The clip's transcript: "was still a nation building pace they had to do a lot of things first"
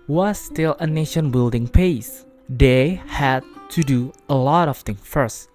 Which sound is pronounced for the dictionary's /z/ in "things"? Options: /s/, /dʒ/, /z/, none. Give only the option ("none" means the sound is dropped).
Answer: none